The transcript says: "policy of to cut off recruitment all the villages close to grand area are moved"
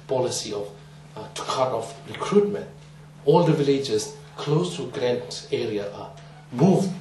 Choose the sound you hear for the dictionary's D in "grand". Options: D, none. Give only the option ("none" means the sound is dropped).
none